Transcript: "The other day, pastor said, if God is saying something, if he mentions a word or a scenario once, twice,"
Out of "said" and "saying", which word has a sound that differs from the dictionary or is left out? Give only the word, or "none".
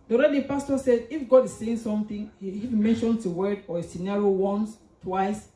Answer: none